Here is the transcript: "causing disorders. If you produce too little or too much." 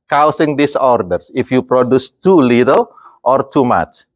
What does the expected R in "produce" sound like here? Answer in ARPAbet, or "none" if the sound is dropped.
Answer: R